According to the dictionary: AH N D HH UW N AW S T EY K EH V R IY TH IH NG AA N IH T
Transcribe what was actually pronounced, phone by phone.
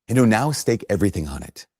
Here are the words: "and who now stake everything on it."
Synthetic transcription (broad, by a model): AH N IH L N AW S T EY K EH V R IY TH IH NG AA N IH T